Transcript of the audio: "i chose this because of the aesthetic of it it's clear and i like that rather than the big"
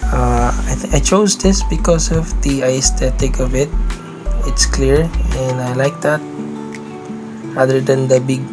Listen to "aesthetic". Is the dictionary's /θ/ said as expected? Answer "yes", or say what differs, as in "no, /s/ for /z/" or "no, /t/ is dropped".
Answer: no, /t/ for /θ/